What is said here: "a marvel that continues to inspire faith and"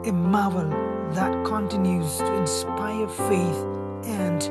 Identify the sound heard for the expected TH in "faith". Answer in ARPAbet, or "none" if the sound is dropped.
TH